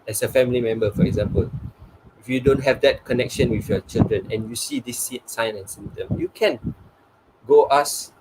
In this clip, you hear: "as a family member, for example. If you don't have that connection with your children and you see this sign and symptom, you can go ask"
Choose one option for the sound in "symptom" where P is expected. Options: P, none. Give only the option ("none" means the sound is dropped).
none